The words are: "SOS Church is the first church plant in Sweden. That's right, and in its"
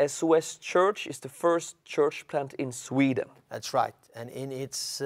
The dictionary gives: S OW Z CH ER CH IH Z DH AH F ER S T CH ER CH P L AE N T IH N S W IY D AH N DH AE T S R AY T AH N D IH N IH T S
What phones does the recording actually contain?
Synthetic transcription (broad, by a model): S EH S CH ER CH IH Z DH AH F ER S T CH ER CH P L AE N T IH N S W IY D AH N DH AE T S R AY T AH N IH N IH T S